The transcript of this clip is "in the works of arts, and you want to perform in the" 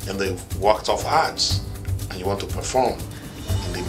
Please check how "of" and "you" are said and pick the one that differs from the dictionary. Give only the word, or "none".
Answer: of